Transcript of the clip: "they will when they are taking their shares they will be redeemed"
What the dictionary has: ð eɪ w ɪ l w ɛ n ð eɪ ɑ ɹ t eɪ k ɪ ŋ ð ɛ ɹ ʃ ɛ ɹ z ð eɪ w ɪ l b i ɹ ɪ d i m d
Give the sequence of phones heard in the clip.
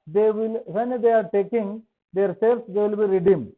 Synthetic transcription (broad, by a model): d eɪ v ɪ l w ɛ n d eɪ ɑ ɹ t eɪ k ɪ ŋ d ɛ ɹ s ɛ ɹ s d eɪ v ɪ l b i ɹ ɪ d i m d